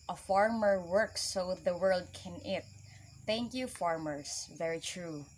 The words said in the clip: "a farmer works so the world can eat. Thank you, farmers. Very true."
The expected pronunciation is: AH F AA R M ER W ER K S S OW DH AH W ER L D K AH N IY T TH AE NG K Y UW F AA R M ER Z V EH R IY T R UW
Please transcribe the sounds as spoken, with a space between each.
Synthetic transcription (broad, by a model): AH F AA R M ER W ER K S S OW DH AH W ER L D K AH N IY T TH AE NG K Y UW F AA R M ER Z V EH R IY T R UW